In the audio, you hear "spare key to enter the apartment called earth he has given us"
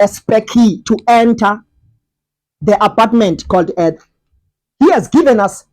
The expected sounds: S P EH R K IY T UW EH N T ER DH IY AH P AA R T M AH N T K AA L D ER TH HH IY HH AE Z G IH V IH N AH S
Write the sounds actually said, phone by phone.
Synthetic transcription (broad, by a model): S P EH K IY T UW EH N T ER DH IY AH P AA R T M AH N T K AA L D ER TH HH IY HH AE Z G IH V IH N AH S